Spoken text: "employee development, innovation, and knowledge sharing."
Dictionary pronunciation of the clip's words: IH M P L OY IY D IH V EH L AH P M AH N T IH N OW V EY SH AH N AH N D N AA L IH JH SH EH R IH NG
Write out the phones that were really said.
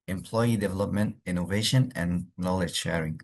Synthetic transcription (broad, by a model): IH M P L OY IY D IH V EH L AH P M AH N T IH N OW V EY SH AH N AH N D N AA L IH JH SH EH R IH NG